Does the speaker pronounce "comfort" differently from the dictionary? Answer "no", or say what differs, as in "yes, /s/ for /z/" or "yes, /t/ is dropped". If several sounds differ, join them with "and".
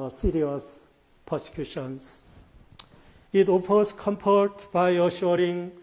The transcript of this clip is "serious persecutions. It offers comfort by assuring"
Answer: yes, /p/ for /f/